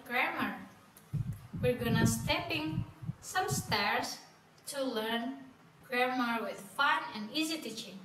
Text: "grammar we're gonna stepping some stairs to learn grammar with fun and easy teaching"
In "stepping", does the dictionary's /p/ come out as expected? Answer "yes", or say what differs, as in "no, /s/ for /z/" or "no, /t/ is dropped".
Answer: yes